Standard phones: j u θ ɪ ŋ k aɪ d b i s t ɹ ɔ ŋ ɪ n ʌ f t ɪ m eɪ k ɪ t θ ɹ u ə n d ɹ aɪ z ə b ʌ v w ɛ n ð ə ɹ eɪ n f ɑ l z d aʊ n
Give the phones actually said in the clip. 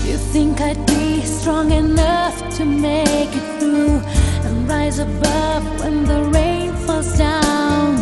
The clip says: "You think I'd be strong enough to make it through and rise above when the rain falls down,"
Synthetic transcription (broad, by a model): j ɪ θ ɪ ŋ k aɪ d b i s t ɹ ɔ ŋ ɪ n ʌ f t ɪ m eɪ k ɪ t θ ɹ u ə n ɹ aɪ z ə b ʌ v w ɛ n ð ə ɹ eɪ n f ɑ l z d aʊ n